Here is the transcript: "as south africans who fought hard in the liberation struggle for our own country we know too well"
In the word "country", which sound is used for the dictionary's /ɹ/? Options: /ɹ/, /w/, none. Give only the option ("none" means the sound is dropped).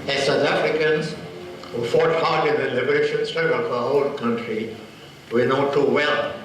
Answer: /ɹ/